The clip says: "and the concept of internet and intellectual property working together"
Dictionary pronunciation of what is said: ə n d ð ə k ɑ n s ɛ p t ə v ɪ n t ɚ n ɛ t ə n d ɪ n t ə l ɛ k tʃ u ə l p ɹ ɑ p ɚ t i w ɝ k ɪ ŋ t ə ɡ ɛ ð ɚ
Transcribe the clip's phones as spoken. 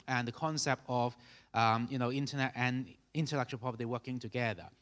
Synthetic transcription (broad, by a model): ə n ð ə k ɑ n s ɛ p t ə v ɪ n t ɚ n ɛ t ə n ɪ n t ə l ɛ k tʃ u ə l p ɑ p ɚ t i w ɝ k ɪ ŋ t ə ɡ ɛ ð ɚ